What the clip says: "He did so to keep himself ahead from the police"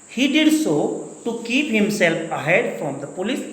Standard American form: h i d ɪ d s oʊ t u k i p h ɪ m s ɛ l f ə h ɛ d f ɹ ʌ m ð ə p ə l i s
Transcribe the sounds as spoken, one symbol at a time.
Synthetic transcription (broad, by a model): h i d ɪ d s oʊ t u k i p h ɪ m s ɛ l f ə h ɛ d f ɹ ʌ m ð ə p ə l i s